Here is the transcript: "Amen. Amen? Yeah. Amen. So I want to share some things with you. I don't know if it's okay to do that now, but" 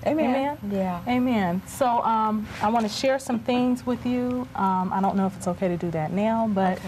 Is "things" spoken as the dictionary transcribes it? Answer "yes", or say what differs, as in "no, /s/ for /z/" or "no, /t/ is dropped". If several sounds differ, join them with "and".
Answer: yes